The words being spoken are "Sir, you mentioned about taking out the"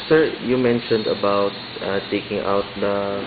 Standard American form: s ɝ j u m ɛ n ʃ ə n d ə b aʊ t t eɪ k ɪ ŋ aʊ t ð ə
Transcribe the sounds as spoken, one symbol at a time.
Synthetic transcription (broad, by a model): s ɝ j u m ɛ n ʃ ə n d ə b aʊ t t eɪ k ɪ ŋ aʊ t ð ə